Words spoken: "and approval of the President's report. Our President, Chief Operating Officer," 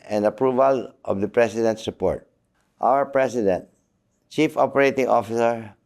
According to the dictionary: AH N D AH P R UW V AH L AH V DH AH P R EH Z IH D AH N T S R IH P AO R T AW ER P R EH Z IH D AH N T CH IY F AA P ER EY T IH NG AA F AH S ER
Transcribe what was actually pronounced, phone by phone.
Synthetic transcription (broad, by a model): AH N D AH P R UW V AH L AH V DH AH P R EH S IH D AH N T S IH P AO R T AW ER P R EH S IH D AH N T CH IY F AA P ER EY T IH NG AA F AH S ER